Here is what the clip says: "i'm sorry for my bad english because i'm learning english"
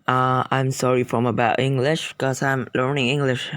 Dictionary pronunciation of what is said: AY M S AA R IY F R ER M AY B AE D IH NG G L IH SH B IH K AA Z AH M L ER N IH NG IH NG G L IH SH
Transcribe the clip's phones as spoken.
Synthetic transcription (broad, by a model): AY M S AA R IY F R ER M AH B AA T IH NG G L IH SH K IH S AA AH M L ER N IH NG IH NG G L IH SH